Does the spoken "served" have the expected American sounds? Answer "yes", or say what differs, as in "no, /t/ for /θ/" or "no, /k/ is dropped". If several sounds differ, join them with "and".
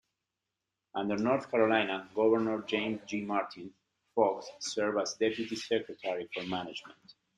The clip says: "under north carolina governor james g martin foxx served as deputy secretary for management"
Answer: no, /d/ is dropped